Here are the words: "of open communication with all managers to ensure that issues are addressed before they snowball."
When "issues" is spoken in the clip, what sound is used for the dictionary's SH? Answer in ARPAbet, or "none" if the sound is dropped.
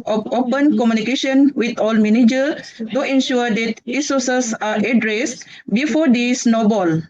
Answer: S